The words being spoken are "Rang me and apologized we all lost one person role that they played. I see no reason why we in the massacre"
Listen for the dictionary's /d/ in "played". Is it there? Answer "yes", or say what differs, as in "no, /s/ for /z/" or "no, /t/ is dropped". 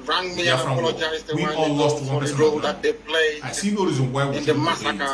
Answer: no, /d/ is dropped